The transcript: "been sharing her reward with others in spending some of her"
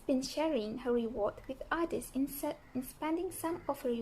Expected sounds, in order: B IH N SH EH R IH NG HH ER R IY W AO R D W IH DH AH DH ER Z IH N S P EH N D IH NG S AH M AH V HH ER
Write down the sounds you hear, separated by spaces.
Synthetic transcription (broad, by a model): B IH N SH EH R IH NG HH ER R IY W AO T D W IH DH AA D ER S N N S P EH N D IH NG S AH M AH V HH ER